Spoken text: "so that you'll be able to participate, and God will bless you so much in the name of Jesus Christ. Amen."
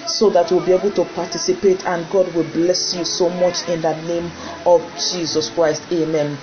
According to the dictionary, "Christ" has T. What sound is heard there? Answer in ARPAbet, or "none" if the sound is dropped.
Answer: T